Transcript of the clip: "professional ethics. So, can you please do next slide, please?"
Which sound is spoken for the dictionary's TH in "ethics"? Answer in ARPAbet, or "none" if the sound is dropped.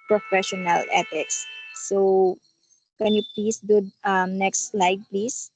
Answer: T